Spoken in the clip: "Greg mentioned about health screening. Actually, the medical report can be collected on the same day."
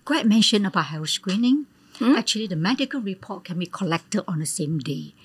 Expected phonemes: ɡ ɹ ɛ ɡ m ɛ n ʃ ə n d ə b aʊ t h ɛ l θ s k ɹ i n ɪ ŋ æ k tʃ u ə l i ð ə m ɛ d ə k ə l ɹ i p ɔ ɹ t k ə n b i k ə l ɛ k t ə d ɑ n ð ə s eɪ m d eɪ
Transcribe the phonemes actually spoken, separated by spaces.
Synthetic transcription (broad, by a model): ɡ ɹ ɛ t m ɛ n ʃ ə n ə b aʊ t h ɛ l s k ɹ i n ɪ ŋ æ k tʃ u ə l i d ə m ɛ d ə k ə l ɹ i p ɔ t k ə n b i k ə l ɛ k t ə d ɑ n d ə s eɪ m d eɪ